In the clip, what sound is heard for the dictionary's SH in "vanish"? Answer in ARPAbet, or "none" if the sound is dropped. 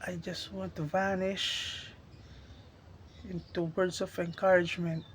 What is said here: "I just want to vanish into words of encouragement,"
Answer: SH